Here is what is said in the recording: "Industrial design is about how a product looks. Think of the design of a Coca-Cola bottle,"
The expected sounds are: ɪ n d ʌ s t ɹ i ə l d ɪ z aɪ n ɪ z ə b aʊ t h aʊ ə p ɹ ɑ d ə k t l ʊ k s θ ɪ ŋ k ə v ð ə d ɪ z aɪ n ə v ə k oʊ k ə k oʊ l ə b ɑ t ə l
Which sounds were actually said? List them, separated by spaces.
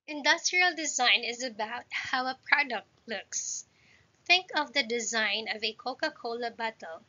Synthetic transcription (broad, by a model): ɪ n d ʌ s t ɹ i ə l d ɪ z aɪ n ɪ z ə b aʊ t h aʊ ə p ɹ ɑ d ə k t l ʊ k s θ ɪ ŋ k ə v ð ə d ɪ z aɪ n ə v ə k oʊ k ə k oʊ l ə b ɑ t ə l